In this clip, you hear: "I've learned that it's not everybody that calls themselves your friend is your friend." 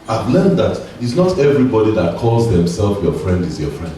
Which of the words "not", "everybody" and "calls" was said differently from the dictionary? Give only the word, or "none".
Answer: none